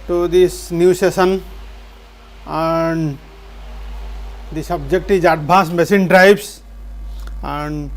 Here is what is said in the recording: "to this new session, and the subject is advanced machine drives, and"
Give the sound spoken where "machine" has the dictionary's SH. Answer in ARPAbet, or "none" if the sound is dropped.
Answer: S